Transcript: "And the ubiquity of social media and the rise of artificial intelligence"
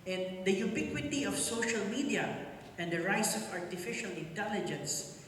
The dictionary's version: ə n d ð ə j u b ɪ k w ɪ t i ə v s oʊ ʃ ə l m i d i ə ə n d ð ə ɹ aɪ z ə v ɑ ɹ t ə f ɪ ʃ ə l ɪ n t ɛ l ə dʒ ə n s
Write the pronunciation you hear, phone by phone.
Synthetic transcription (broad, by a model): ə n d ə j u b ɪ k w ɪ t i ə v s oʊ ʃ ə l m i d i ə ə n d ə ɹ aɪ s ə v ɑ ɹ t ə f ɪ ʃ ə l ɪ n t ɛ l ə dʒ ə n s